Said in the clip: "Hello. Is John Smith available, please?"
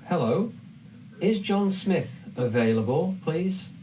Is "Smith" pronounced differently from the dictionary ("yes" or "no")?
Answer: no